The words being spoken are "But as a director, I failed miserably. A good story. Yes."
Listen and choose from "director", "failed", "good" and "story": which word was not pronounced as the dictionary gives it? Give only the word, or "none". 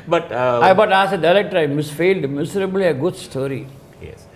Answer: none